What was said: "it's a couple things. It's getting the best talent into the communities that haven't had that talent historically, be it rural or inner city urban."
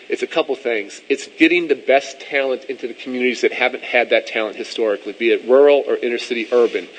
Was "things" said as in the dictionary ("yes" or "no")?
yes